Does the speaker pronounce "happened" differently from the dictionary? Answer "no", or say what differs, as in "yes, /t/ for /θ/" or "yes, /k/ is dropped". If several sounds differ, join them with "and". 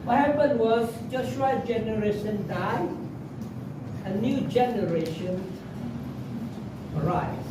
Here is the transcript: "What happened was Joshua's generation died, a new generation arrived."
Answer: yes, /b/ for /p/